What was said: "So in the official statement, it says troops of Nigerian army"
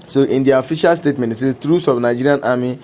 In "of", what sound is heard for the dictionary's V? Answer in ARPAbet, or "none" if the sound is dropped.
B